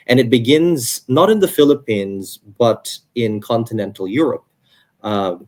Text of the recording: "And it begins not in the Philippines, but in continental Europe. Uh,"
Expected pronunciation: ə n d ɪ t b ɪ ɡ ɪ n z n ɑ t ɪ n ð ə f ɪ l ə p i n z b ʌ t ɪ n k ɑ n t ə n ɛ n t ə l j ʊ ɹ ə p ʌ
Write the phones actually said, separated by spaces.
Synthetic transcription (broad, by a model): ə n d ɪ t b ɪ ɡ ɪ n z n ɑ t ɪ n ð ə f ɪ l ə p i n z b ʌ t ɪ n k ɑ n t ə n ɛ n t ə l j ʊ ɹ ə p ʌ